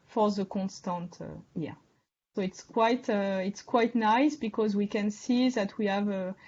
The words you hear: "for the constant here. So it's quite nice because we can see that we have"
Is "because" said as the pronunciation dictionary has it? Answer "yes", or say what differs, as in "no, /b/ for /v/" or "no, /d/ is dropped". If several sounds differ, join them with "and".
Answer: yes